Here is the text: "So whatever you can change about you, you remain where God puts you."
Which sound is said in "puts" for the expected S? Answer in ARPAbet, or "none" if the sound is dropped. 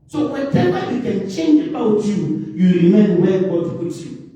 none